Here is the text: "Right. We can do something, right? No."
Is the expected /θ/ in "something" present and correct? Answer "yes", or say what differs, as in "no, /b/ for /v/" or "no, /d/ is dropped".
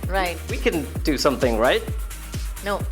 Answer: yes